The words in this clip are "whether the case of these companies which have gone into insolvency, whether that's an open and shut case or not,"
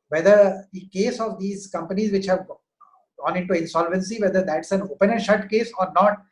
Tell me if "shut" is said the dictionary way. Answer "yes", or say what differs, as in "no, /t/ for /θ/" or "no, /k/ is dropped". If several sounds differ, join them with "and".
yes